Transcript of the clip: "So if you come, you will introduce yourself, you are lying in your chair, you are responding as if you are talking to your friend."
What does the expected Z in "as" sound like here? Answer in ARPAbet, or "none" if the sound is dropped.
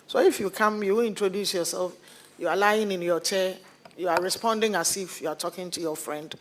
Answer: S